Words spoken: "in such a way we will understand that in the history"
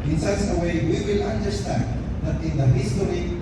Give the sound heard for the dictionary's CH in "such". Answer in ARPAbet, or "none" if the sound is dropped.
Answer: S